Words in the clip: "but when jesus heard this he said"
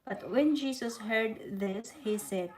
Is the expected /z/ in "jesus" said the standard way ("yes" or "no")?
no